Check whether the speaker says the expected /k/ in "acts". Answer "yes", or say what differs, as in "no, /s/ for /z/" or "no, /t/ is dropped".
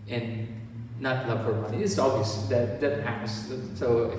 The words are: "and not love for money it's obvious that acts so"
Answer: no, /k/ is dropped